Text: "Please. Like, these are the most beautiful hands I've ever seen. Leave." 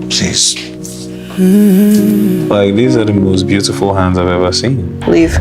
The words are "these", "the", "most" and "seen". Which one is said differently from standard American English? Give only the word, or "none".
none